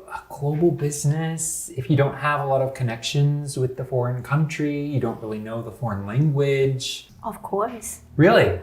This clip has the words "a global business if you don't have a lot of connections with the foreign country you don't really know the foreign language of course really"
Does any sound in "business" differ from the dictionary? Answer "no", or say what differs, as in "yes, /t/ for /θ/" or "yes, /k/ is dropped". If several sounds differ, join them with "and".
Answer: no